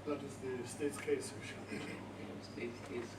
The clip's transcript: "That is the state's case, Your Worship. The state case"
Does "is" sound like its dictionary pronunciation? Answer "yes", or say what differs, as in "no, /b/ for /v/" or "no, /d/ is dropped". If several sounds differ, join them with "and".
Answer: yes